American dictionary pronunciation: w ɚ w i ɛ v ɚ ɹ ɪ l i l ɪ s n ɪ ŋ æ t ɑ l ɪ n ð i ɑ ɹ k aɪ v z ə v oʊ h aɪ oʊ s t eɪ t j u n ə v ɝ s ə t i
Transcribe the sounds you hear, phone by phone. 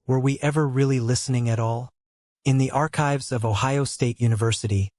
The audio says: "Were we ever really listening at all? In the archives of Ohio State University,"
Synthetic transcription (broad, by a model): w ɚ w i ɛ v ɚ ɹ ɪ l i l ɪ s n ɪ ŋ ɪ t ɑ l ɪ n ð i ɑ ɹ k aɪ v z ə v oʊ h aɪ oʊ s t eɪ t j u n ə v ɝ s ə t i